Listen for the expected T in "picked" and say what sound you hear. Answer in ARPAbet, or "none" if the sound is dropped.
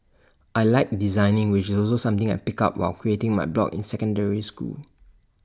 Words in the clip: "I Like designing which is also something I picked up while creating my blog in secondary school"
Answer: none